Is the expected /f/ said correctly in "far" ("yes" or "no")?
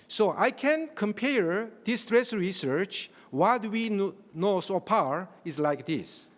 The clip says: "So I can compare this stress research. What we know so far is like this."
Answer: no